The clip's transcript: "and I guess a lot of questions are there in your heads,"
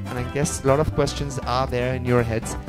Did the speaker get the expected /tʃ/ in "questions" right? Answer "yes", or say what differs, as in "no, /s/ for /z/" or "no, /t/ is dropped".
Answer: yes